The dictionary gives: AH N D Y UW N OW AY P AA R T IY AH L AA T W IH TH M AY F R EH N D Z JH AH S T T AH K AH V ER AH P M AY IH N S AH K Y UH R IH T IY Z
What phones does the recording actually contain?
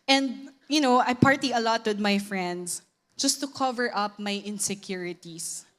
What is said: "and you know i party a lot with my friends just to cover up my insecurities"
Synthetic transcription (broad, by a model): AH N D Y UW N OW AY P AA R T IY AH L AA T W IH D M AY F R EH N D S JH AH S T T AH K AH V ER AH P M AY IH N S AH K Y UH R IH T IY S